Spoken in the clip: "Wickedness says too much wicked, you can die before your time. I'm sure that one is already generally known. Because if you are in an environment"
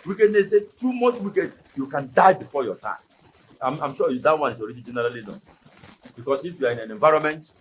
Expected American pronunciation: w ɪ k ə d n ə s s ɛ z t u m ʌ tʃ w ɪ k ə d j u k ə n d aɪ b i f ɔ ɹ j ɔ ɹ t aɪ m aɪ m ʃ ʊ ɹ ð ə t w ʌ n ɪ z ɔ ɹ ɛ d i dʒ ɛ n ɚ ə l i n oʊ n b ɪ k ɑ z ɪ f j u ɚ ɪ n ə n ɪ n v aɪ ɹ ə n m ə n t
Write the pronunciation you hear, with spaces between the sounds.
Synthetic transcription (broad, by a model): w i k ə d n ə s s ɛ t u m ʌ tʃ w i k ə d j u k ə n d aɪ b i f ɔ j ɔ t aɪ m aɪ m ʃ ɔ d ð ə t w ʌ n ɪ s ɔ ɹ ɛ d i dʒ ɛ n ɚ ə l i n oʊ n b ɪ k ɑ s ɪ f j u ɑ ɪ n ə n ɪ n v aɪ ɹ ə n m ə n t